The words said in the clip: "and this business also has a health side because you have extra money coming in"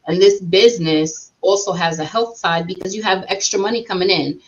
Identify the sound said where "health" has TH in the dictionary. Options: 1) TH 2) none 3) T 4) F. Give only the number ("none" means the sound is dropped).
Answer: 1